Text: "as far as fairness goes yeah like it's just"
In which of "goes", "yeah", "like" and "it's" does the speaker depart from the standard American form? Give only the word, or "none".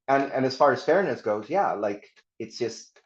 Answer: none